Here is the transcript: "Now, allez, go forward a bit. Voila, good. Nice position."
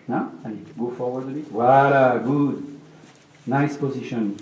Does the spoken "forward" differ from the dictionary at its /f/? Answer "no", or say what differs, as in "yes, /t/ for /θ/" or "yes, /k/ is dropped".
no